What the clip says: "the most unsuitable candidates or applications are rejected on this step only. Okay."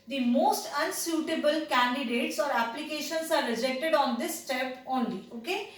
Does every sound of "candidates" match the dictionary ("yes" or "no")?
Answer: yes